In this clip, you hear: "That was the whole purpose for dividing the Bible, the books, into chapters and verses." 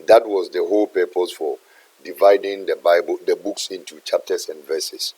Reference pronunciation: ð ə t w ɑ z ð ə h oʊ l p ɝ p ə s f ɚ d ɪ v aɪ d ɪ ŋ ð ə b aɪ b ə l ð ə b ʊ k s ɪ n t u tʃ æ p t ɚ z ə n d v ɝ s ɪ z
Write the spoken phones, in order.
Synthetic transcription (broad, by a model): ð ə t w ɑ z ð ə h oʊ l p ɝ p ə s f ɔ d ɪ v aɪ d ɪ ŋ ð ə b aɪ b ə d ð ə b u k s ɪ n t u tʃ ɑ p t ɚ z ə n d v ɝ s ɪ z